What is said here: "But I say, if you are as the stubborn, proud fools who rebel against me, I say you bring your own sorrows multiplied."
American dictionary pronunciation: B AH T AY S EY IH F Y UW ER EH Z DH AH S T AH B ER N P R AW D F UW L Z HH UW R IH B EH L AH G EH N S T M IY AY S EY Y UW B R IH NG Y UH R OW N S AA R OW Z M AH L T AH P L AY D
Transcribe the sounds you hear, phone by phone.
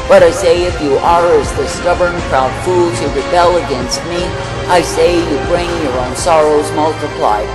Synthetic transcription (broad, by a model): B AH T AY S EY IH F Y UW ER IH Z DH AH S T AH B ER N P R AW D F UW L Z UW R IH B EH L AH G EH N S T M IY AY S EY Y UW B R IH NG Y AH R OW N S AA R OW Z M AH L T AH P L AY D